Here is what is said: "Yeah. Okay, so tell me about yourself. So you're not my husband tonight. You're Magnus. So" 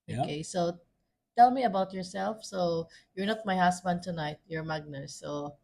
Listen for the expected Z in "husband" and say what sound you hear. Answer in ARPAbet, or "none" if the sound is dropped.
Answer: S